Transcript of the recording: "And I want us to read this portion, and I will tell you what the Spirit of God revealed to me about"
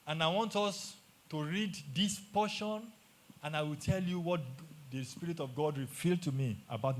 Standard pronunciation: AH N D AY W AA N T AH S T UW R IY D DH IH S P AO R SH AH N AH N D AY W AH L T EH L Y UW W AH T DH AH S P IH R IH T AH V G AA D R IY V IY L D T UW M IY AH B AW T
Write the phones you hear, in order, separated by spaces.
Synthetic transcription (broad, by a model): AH N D AY W AA N T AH S T UW R IY D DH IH S P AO SH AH N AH N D AY W AH L T EH L Y UW W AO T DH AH S P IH R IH T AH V G AA D R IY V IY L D T UW M IY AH B AW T